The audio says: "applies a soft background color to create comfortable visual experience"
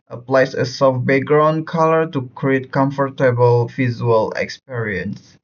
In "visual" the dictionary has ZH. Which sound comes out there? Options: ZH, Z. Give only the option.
Z